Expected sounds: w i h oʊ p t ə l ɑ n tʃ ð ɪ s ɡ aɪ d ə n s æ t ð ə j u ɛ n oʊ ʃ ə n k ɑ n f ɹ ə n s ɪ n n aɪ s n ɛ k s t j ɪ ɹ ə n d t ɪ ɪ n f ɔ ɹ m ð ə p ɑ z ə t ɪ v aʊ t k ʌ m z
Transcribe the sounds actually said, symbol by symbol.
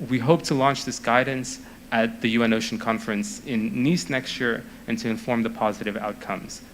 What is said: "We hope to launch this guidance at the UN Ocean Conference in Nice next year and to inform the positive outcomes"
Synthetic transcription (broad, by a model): w i h oʊ p t ə l ɑ n tʃ ð ɪ s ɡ aɪ d n s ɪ t ð ə j u ɛ n oʊ ʃ n k ɑ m f ɹ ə n s ɪ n n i s n ɛ k s t j ɪ ɹ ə n t ɪ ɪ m f ɔ ɹ m ð ə p ɑ z ə t ɪ v aʊ t k ʌ m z